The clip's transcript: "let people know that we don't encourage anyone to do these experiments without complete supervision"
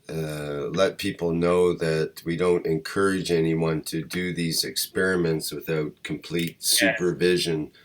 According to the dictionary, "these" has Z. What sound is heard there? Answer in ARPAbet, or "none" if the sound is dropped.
Z